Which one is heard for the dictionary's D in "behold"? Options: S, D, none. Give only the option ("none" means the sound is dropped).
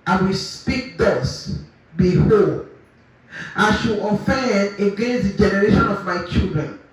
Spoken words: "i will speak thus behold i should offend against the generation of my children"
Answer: none